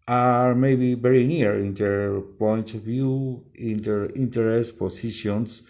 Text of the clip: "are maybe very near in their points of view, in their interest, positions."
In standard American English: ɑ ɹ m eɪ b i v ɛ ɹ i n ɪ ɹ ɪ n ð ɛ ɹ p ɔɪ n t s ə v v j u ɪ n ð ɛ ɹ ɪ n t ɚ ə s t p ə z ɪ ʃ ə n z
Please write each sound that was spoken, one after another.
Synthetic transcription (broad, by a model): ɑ ɹ m eɪ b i v ɛ ɹ i n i ɹ ɪ n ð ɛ ɹ p ɔɪ n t ə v v j u ɪ n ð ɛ ɹ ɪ n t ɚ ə s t p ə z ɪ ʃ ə n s